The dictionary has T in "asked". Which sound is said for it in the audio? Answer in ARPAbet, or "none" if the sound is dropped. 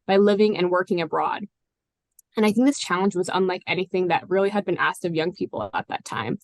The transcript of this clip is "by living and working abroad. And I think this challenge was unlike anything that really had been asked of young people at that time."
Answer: T